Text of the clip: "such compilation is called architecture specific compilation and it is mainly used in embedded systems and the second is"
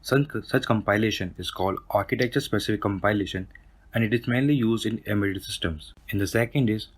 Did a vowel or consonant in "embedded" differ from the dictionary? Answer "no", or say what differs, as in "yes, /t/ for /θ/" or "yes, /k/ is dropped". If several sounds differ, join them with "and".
yes, /b/ is dropped